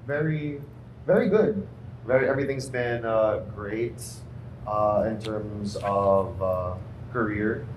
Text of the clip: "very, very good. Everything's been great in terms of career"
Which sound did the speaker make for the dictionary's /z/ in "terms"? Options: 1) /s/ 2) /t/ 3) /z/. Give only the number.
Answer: 3